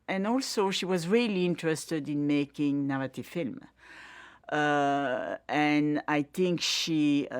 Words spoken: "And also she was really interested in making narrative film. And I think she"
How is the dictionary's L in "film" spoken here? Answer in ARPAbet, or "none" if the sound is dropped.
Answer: L